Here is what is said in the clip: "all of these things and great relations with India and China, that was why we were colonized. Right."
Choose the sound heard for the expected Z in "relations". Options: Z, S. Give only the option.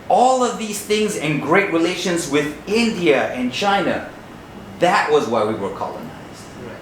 Z